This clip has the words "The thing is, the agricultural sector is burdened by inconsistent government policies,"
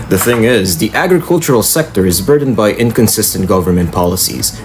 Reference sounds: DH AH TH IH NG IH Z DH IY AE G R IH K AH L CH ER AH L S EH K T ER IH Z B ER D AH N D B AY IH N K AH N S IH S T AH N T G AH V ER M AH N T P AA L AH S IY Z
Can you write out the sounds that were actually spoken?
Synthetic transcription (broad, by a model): DH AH TH IH NG IH Z DH IY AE G R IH K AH L CH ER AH L S EH K T ER IH Z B ER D N B AY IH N K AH N S IH S T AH N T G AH V ER M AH N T P AA L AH S IY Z